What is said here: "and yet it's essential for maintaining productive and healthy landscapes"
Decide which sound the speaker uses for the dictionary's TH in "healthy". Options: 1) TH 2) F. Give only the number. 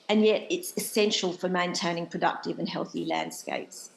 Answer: 1